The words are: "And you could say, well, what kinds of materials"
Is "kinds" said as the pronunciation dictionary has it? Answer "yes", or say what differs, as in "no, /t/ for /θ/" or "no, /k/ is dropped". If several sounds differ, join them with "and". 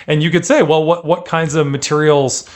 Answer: yes